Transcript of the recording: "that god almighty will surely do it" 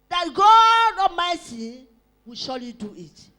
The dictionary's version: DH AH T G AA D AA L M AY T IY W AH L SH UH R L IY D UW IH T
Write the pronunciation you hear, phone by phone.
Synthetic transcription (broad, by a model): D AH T G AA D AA M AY S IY W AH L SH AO L IY D UW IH T